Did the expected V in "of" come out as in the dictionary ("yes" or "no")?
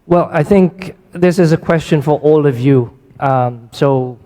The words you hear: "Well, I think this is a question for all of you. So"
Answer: yes